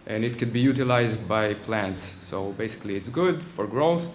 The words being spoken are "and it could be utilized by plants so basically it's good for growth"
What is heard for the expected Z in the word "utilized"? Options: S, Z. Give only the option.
Z